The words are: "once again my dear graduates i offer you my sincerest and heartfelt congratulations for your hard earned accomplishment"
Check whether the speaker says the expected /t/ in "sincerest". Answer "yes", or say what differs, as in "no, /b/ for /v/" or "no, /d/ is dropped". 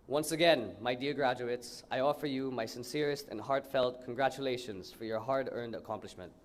yes